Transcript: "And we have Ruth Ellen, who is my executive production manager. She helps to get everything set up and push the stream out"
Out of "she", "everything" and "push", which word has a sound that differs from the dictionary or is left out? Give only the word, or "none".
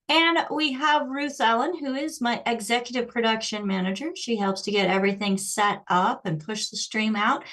none